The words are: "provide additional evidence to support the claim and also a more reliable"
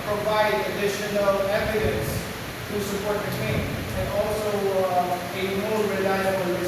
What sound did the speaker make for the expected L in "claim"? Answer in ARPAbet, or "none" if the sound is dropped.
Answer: none